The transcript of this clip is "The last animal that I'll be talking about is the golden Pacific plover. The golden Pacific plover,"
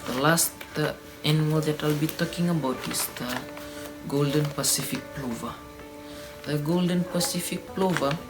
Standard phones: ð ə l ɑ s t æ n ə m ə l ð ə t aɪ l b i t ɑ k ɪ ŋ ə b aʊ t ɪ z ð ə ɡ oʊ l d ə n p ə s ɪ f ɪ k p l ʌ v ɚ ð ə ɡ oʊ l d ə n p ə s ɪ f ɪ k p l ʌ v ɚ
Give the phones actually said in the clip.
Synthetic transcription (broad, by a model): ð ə l ɑ s t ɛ n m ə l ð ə t aɪ l b i t ɑ k ɪ ŋ ə b aʊ t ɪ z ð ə ɡ oʊ l d ə n p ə s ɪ f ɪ k p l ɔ v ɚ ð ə ɡ oʊ l d ə n p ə s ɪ f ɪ k p l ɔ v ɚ